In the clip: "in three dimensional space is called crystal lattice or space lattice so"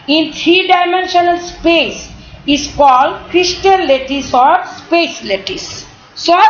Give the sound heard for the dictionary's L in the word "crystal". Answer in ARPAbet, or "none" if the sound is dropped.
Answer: N